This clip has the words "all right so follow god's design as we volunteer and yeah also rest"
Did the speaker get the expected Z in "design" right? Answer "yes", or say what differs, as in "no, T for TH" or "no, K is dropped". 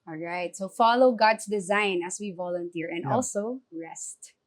yes